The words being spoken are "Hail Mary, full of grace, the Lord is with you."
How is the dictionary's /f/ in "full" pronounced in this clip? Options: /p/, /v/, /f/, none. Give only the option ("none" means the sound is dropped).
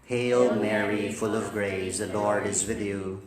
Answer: /f/